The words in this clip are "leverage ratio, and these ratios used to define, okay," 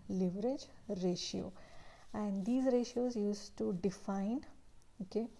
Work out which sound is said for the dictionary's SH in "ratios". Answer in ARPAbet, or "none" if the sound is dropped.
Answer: SH